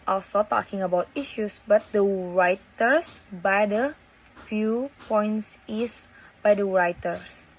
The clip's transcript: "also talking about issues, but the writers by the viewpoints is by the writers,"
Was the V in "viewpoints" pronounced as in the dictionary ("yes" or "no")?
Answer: no